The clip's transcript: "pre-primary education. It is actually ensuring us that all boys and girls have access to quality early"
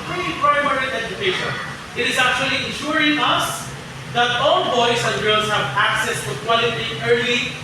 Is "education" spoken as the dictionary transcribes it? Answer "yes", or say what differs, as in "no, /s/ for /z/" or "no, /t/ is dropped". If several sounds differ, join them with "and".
yes